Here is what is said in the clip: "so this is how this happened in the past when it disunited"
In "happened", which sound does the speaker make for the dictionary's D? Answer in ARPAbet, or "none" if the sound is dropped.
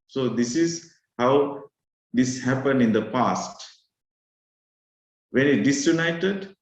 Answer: D